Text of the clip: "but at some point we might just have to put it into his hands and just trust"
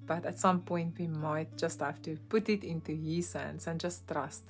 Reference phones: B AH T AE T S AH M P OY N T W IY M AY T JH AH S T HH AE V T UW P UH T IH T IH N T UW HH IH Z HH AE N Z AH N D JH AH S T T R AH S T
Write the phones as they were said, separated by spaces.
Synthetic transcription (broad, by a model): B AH T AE T S AH M P OY N T W IY M AY T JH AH S T HH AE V T UW P UH T IH T IH N T UW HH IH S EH N S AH N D JH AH S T T R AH S T